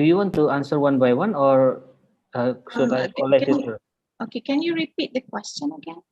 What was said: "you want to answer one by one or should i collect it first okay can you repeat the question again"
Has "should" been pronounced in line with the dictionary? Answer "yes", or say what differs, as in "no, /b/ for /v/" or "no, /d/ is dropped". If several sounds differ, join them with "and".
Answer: no, /s/ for /ʃ/